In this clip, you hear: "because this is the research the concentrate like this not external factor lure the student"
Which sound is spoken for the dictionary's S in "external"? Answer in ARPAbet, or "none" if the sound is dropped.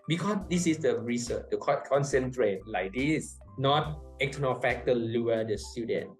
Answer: none